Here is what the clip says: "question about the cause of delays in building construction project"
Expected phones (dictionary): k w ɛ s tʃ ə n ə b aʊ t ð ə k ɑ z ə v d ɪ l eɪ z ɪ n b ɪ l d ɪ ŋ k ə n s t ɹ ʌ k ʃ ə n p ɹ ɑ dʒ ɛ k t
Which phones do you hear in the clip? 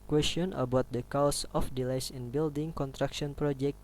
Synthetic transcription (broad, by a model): k w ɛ s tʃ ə n ə b aʊ t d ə k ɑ s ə f d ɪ l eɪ s ɪ n b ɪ l d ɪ ŋ k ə n t ɹ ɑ k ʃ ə n p ɹ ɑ dʒ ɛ k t